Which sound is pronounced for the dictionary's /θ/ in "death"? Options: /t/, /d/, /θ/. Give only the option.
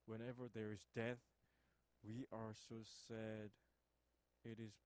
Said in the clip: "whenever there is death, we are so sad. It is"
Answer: /θ/